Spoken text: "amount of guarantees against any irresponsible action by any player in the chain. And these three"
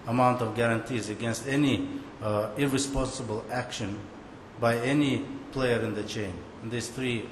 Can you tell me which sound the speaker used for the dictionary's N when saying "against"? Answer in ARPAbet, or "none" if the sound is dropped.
N